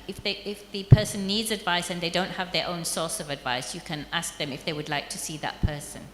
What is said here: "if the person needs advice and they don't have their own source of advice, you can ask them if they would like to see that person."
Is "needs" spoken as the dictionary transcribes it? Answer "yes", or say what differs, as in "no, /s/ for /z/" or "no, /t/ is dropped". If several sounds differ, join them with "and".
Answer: yes